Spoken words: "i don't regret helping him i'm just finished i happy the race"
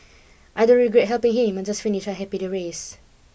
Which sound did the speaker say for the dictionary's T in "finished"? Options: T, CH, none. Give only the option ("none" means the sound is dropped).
none